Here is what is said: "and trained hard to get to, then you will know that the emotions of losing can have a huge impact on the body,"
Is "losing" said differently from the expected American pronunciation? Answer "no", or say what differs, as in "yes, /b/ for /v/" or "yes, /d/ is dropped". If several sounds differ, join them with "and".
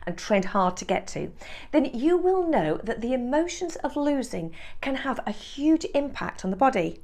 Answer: no